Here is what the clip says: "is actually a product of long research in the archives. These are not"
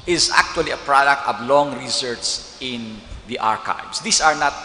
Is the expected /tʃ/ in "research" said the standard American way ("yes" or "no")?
no